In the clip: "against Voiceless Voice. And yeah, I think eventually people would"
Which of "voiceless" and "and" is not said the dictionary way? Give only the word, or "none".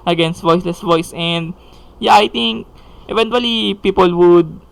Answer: none